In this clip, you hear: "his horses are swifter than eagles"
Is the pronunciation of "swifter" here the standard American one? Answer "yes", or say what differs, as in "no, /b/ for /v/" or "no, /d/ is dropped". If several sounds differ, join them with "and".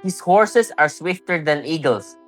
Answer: yes